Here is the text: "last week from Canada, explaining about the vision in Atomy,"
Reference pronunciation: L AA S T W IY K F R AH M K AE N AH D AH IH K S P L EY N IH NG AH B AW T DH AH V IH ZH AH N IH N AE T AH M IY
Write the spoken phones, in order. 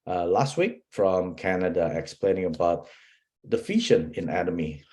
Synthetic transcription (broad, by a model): L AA S T W IY K F R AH M K AE N AH D AH IH K S P L EY N IH NG AH B AW T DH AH F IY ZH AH N IH N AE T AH M IY